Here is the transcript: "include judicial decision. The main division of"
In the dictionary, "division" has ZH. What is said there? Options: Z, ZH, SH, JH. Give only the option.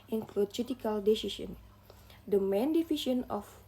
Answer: SH